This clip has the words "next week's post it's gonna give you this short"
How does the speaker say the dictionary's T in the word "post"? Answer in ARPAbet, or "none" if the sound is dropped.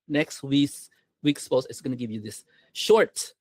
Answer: none